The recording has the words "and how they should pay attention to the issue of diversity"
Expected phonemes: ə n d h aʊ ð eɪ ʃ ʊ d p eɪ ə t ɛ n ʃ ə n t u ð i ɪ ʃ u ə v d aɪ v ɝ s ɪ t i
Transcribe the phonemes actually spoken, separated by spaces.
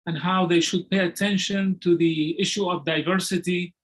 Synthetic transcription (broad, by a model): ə n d h aʊ ð eɪ ʃ ʊ d p eɪ ə t ɛ n ʃ ə n t u ð i ɪ ʃ u ə v d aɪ v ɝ s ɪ t i